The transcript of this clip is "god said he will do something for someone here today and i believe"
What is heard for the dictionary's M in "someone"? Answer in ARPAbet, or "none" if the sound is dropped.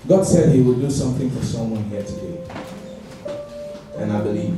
M